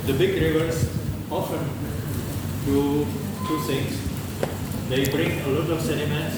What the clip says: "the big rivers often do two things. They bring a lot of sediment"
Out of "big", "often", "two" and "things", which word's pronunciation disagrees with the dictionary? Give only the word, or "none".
things